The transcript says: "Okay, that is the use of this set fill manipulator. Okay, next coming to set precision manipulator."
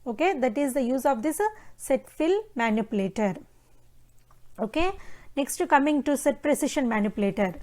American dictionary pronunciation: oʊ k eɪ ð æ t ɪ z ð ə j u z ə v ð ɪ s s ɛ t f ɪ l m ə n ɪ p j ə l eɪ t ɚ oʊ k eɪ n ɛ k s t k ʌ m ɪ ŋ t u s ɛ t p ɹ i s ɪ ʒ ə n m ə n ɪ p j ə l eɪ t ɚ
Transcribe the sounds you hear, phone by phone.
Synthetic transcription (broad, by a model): oʊ k eɪ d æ t ɪ z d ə j u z ə v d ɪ s s ɛ t f ɪ l m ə n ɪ p j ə l eɪ t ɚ oʊ k eɪ n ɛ k s t k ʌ m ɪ ŋ t u s ɛ t p ɹ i s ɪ ʃ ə n m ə n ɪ p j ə l eɪ t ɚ